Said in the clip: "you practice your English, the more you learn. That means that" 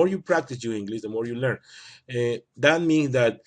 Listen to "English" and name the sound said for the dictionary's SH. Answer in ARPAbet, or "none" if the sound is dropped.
S